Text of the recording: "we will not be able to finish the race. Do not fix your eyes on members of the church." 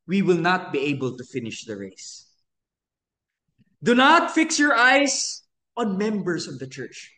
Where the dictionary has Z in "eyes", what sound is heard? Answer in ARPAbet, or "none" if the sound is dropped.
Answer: S